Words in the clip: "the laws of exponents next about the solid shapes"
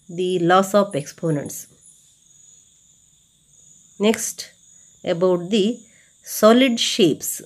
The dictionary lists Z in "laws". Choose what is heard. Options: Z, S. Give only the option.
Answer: S